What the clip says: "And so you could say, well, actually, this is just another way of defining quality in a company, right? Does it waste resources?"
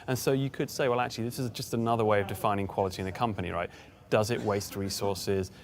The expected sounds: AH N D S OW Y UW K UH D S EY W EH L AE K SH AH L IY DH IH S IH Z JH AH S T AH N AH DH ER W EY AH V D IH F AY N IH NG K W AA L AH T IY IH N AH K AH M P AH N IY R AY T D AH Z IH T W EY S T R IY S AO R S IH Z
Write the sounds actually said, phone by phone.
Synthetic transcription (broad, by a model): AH N S OW Y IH K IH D S EY W EH L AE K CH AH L IY DH IH S IH Z JH AH S T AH N AH DH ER W EY AH V D IH F AY N IH NG K W AA L AH T IY IH N AH K AH M P AH N IY R AY T D AH Z IH T W EY S T R IY S AO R S IH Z